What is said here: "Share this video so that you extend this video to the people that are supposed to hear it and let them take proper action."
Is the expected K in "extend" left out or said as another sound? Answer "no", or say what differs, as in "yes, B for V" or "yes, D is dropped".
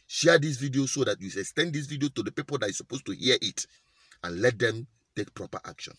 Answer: yes, K is dropped